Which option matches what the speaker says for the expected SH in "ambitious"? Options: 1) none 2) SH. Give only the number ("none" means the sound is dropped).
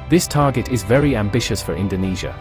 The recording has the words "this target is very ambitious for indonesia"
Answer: 2